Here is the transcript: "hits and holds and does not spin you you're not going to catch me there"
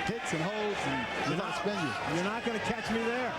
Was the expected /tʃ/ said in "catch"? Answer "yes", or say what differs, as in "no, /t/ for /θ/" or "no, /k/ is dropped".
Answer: yes